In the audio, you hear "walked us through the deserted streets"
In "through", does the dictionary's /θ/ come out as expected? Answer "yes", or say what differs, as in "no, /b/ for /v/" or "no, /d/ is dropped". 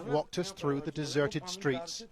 yes